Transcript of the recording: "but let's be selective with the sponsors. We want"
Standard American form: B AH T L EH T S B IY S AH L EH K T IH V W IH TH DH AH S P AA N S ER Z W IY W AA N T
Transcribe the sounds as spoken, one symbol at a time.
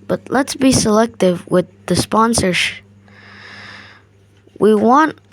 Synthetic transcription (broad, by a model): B AH T L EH T S B IY S AH L EH K T IH V W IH DH AH S P AA N S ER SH W IY W AA N T